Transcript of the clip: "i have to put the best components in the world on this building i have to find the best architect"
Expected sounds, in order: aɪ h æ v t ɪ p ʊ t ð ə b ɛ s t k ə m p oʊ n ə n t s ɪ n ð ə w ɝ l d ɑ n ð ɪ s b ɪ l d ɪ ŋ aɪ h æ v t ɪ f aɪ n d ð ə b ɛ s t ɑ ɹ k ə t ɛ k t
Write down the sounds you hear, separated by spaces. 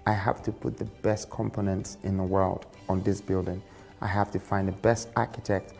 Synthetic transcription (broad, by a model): aɪ h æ f t ɪ p ʊ t ð ə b ɛ s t k ə m p oʊ n ə n t s ɪ n ð ə w ɝ l d n ð ɪ s b ɪ l d ɪ ŋ aɪ h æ f t ɪ f aɪ n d ð ə b ɛ s t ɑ ɹ k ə t ɛ k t